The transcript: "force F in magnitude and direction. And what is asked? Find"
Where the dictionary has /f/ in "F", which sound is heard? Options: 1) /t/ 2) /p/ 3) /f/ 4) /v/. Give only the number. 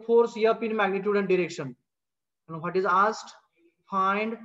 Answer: 2